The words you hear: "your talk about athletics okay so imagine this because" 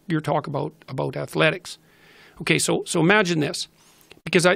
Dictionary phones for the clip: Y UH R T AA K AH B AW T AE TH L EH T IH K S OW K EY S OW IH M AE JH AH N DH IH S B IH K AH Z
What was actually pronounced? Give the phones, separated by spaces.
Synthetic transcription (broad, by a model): Y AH R T AA K AH B AW T AE TH L EH T IH K S OW K EY S OW IH M AE JH AH N DH IH S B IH K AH Z